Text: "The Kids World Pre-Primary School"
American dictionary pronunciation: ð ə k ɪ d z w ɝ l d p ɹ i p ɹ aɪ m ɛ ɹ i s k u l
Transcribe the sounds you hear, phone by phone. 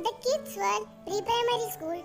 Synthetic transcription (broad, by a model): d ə k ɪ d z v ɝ d p ɹ i p ɹ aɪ m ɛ ɹ i s k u l